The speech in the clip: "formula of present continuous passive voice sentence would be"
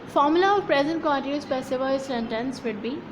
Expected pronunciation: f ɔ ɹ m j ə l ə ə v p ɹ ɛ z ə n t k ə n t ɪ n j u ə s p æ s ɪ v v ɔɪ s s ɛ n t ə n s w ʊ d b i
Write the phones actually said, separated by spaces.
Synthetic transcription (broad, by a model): f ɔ ɹ m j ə l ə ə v p ɹ ɛ z ə n t k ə n t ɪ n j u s b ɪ s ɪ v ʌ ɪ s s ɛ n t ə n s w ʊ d b i